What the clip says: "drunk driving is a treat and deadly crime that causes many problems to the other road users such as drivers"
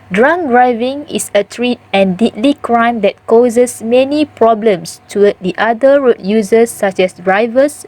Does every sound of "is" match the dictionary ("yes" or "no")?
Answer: no